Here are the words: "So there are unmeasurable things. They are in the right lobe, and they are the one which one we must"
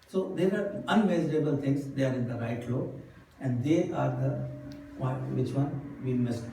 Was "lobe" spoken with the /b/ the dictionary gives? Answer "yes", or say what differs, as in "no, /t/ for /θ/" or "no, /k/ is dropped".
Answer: no, /b/ is dropped